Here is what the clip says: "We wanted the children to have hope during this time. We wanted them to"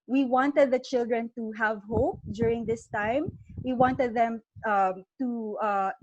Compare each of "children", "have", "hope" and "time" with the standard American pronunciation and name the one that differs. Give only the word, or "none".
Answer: none